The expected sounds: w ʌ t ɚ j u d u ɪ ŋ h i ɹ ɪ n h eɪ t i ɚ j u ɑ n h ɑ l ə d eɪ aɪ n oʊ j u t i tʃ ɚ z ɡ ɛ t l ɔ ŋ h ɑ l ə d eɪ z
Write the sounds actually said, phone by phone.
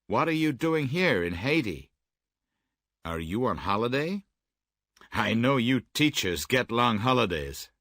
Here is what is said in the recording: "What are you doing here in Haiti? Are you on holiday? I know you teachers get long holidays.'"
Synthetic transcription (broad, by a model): w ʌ t ɚ j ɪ d u ɪ ŋ h i ɹ ɪ n h eɪ t i ɚ j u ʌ n h ɑ l ə d eɪ aɪ n oʊ j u t i tʃ ɚ z ɡ ɛ t l ɔ ŋ h ɑ l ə d eɪ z